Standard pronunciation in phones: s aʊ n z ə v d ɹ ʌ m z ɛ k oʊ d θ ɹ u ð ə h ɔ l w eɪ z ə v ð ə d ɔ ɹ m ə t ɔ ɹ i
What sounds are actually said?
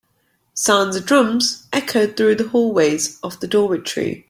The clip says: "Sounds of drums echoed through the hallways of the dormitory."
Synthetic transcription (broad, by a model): s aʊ n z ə d ɹ ʌ m z ɛ k oʊ d θ ɹ u ð ə h ɔ l w eɪ z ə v ð ə d ɔ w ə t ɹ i